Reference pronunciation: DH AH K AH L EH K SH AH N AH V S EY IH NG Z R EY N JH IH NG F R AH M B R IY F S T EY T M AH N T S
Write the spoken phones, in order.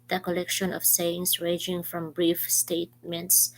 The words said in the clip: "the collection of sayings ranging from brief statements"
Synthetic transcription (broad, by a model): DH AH K AH L EH K SH AH N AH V S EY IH NG S R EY JH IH NG F R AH M B R IY F S T EY T M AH N T S